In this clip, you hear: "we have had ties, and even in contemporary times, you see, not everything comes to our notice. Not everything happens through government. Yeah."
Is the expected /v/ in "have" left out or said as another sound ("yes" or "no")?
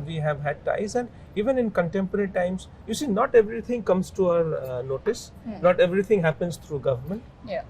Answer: no